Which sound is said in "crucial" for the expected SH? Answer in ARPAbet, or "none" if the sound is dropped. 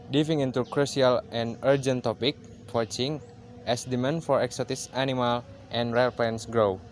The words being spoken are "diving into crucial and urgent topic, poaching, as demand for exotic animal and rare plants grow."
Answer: S